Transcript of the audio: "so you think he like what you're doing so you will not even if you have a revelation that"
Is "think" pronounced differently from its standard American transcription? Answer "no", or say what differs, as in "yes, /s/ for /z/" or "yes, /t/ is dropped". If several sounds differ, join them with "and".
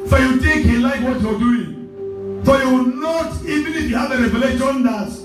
yes, /t/ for /θ/